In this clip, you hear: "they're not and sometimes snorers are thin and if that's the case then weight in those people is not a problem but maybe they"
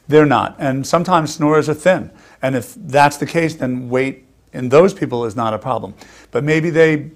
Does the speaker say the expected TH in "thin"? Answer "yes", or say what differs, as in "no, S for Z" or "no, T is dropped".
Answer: yes